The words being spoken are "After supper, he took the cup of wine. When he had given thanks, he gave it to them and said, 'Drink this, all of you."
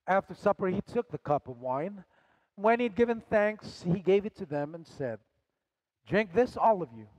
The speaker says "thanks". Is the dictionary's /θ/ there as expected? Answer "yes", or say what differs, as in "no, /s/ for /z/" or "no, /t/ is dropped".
yes